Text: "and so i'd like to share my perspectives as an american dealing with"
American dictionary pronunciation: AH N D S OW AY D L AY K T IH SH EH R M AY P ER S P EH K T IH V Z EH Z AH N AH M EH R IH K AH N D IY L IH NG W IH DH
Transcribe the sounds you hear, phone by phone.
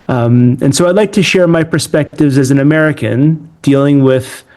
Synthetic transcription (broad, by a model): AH N S OW AY D L AY K T IH SH EH R M AY P ER S P EH K T IH V Z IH Z N AH M EH R IH K AH N D IY L IH NG W IH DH